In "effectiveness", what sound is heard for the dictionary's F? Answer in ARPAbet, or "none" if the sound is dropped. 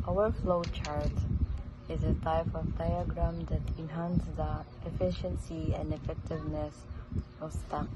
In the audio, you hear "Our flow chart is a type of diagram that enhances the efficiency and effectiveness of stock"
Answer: F